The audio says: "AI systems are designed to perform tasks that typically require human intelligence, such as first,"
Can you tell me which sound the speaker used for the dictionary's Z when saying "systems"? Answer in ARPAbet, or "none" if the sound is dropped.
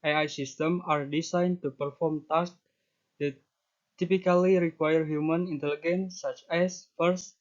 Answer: none